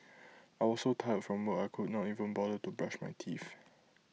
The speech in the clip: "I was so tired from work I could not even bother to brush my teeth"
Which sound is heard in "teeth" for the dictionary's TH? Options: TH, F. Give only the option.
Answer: F